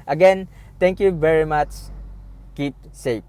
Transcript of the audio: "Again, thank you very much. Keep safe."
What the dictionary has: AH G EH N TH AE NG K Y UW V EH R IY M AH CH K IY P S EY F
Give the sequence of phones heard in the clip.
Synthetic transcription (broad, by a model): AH G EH N T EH NG K Y UW V EH R IY M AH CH K IY P S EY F